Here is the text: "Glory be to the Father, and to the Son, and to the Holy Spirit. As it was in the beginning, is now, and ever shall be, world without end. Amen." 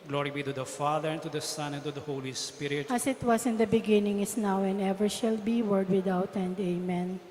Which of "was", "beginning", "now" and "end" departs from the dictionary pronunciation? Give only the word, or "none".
was